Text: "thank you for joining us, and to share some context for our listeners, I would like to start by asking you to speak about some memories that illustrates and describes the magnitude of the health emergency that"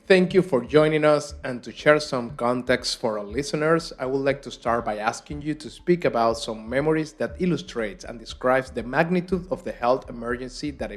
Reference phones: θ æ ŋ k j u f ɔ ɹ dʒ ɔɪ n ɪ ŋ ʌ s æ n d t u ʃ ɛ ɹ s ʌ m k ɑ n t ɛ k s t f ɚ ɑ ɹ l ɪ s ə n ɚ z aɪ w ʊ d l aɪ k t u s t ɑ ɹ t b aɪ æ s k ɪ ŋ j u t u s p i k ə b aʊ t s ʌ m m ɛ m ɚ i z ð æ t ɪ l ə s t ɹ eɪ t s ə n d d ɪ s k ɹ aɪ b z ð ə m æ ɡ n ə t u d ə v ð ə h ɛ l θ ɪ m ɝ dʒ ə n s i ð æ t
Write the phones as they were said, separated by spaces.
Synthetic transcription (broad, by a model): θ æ ŋ k j u f ɔ ɹ dʒ ɔɪ n ɪ ŋ ʌ s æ n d t u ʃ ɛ ɹ s ʌ m k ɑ n t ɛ k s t f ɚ ɑ ɹ l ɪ s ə n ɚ s aɪ w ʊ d l aɪ k t u s t ɑ ɹ t b aɪ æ s k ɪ ŋ j u t u s p i k ə b aʊ t s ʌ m m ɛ m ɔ i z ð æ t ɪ l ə s t ɹ eɪ t s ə n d d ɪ s k ɹ aɪ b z ð ə m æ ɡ n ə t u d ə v ð ə h ɛ l θ ɪ m ɝ dʒ ə n s i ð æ t